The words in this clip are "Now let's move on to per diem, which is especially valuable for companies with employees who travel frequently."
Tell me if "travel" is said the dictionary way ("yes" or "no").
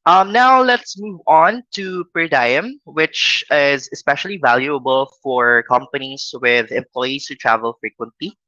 yes